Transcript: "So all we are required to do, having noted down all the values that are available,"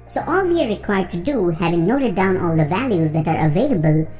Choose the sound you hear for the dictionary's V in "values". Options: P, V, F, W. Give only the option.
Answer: V